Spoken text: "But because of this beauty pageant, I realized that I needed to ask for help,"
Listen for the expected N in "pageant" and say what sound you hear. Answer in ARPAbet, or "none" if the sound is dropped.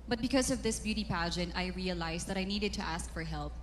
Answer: N